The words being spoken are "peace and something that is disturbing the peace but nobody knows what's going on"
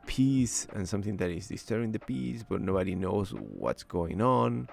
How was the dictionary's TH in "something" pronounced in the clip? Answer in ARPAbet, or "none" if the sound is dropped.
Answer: TH